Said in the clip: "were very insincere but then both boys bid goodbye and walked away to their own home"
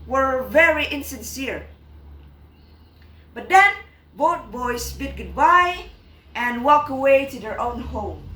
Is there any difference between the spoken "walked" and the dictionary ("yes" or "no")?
yes